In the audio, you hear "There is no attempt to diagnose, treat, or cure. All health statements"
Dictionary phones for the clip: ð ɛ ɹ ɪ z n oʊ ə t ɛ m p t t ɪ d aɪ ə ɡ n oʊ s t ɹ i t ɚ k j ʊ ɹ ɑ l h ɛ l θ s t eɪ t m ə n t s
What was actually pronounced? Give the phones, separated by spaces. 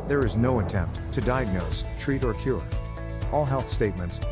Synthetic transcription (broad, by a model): ð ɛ ɹ ɪ z n oʊ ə t ɛ m p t t ɪ d aɪ ə ɡ n oʊ s t ɹ i t ɚ k j ʊ ɹ ɑ l h ɛ l θ s t eɪ t m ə n t s